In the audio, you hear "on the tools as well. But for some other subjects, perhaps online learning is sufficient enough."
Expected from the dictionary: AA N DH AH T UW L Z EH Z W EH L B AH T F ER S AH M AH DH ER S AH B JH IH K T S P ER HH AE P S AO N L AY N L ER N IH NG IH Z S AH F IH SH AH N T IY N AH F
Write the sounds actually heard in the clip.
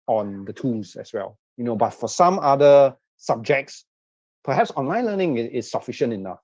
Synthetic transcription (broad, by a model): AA N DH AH T UW L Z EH S W EH L B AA T F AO S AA M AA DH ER S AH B JH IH K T S P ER HH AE P S AO N L AY N L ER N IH NG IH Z S AH F IH SH AH N T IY N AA F